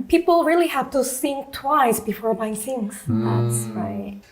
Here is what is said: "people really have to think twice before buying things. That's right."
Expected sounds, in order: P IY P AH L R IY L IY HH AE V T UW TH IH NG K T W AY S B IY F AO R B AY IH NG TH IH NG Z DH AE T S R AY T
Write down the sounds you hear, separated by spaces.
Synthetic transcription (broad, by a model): P IY P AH L R IY L IY HH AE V T UW S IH NG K T W AY S B IY F AO R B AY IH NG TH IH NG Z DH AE T S R AY T